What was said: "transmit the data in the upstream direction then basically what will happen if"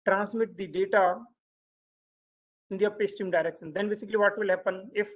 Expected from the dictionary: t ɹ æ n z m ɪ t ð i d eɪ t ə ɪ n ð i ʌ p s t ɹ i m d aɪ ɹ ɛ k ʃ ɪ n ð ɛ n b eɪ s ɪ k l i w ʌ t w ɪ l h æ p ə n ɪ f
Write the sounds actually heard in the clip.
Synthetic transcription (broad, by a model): t ɹ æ n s m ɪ t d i d eɪ t ə ɪ n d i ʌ p s t i m d aɪ ɹ ɛ k ʃ ɪ n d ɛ n b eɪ s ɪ k l i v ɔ t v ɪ l h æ p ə n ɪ f